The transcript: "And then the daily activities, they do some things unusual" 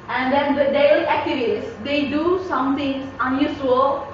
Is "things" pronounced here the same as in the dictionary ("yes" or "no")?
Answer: no